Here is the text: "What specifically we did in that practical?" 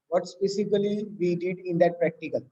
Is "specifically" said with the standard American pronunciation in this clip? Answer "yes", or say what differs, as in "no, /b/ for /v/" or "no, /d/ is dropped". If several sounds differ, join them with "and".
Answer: no, /k/ is dropped